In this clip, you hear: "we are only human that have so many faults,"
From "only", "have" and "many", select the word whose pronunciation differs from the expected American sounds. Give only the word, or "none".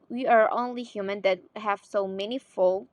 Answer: none